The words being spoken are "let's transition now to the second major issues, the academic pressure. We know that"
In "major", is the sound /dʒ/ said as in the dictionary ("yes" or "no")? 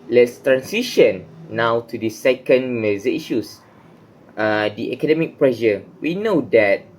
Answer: no